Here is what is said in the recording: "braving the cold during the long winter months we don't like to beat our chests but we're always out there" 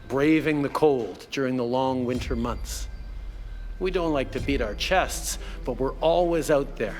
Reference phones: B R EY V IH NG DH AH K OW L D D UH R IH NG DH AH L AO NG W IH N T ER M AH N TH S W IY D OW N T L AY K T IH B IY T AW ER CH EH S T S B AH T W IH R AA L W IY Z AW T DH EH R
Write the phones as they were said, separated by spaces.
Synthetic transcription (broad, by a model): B R EY V IH NG DH AH K OW L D D UH R IH NG DH AH L AO NG W IH N T ER M AH N TH S W IY D OW N T L AY K T IH B IY T AW ER CH EH S T S B AH T W IH R AA L W IY Z AW T DH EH R